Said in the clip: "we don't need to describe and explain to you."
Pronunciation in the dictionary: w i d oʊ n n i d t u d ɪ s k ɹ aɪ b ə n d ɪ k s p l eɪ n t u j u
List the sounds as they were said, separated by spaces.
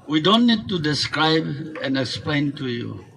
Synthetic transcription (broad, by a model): w i d oʊ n n i d t u d ɪ s k ɹ aɪ b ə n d ɪ k s p l eɪ n t u j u